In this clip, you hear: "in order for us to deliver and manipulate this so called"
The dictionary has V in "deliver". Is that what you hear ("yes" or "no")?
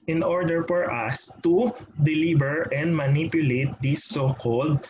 no